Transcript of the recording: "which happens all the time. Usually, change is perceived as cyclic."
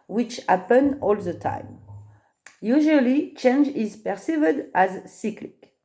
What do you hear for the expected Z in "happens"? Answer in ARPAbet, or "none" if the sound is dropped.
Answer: none